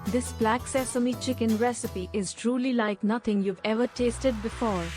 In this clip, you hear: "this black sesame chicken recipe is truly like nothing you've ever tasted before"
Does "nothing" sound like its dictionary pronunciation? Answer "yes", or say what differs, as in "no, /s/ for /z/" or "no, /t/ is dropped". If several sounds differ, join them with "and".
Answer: no, /t/ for /θ/